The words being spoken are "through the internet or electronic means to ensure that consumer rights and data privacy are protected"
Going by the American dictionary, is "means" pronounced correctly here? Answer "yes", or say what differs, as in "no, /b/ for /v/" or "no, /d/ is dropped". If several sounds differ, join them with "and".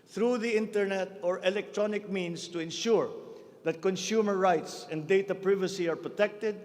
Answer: no, /s/ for /z/